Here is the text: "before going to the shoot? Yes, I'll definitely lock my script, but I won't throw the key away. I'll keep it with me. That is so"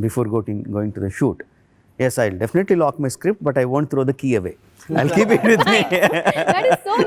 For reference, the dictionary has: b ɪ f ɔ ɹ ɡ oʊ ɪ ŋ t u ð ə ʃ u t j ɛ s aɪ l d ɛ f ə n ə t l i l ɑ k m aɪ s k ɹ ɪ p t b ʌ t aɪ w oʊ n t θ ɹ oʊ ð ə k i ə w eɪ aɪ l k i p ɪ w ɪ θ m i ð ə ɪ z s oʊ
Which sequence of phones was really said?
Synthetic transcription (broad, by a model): b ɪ f ɔ ɹ ɡ oʊ ɪ ŋ t u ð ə ʃ u t j ɛ s aɪ l d ɛ f ə n ə t l i l ɑ k m aɪ s k ɹ ɪ p t b ʌ t aɪ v oʊ n t t ɹ oʊ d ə k i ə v eɪ aɪ l k i p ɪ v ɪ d m i